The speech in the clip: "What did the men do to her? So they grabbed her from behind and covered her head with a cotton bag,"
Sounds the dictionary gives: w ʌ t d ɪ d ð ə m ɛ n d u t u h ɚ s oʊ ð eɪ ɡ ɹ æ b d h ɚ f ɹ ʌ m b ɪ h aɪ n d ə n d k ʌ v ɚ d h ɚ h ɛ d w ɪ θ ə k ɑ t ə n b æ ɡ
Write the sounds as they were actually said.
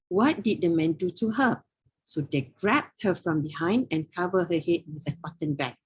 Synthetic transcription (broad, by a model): w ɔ t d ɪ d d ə m ɛ n d u t u h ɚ s oʊ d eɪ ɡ ɹ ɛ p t h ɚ f ɹ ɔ m b ɪ h aɪ n d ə n k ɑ v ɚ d h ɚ h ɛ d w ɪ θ ə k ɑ t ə n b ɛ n